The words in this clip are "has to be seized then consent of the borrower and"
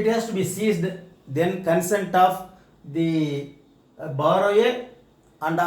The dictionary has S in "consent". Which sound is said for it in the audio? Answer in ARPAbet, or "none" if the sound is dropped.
S